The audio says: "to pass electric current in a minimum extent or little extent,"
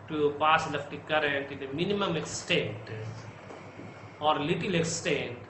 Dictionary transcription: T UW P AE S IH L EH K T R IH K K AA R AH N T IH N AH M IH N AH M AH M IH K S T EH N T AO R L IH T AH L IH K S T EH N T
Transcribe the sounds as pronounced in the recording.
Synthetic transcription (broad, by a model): T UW P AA S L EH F T IH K K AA R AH N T IH N AH M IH N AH M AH M IH K S T EH N T AO R L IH T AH L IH K S T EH N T